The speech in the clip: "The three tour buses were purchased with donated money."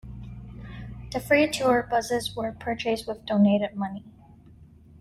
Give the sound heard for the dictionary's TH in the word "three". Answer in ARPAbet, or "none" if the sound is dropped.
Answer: F